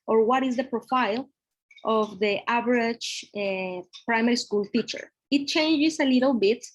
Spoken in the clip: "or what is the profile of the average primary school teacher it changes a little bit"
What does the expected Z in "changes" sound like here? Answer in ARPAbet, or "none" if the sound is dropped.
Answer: S